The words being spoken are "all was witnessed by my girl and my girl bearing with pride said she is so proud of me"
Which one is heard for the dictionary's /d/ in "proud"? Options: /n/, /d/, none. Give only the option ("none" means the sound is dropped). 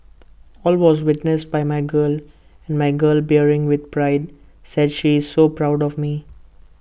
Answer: /d/